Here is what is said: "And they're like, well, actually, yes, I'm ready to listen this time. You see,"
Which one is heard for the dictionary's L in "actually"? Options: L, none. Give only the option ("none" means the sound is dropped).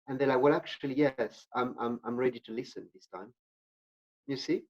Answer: L